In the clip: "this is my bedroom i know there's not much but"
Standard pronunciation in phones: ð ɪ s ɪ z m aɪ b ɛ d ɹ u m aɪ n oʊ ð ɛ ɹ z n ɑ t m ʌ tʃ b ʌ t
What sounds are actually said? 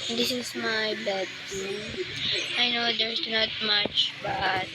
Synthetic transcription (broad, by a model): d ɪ s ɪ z m aɪ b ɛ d u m aɪ n oʊ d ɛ ɹ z n ɑ t m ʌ tʃ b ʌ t